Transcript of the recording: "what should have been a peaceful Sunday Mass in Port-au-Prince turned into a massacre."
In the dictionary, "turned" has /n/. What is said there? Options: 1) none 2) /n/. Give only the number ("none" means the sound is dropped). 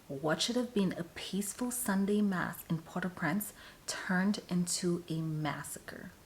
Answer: 2